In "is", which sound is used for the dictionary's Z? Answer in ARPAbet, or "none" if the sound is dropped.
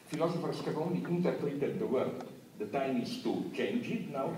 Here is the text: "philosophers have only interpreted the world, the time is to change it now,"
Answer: S